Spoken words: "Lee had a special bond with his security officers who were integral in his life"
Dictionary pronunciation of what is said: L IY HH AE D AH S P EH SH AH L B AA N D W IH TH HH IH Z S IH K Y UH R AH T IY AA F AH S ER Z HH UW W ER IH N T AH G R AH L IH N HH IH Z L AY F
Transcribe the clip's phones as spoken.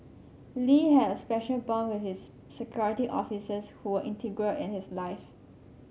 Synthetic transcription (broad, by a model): L IY HH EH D AH S P EH SH AH L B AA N W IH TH HH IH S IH K Y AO R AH T IY AA F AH S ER S HH UW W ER IH N T AH G R AH L IH N HH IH S L AY F